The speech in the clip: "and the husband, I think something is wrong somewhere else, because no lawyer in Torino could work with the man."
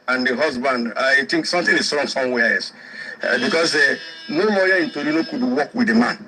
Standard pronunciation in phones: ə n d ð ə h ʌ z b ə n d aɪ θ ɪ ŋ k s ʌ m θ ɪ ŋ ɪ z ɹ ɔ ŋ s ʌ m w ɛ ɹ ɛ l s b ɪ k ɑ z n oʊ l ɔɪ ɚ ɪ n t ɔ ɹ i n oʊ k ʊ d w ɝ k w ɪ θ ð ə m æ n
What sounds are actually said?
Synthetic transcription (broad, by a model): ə n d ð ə h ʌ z b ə n d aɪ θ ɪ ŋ k s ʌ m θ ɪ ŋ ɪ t ɹ ɔ ŋ s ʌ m w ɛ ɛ s b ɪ k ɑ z n oʊ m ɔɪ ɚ ɪ n t ɔ ɹ i n oʊ k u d w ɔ k w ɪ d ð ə m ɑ n